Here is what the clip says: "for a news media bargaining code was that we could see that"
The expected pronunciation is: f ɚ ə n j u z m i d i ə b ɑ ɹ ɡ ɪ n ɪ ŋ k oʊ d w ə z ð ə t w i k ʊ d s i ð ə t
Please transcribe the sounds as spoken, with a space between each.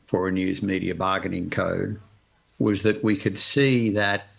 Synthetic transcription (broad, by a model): f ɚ ə n j u z m i d i ə b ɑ ɡ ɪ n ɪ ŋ k oʊ d w ə z ð ə t w i k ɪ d s i ð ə t